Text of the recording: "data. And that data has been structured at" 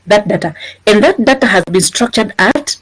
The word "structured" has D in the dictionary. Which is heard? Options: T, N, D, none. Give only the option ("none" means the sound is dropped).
D